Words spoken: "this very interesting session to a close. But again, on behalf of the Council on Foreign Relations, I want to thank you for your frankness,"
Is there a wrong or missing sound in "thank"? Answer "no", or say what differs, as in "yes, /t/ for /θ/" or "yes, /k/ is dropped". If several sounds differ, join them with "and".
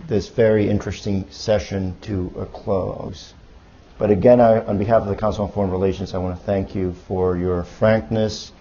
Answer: no